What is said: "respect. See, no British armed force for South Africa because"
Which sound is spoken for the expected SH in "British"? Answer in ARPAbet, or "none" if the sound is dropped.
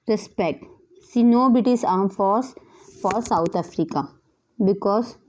S